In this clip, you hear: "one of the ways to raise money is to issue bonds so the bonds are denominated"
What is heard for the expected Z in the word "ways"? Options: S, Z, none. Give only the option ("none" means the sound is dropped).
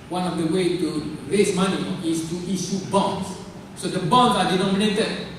none